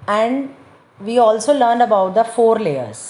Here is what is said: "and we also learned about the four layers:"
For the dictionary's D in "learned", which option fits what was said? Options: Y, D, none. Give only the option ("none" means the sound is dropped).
D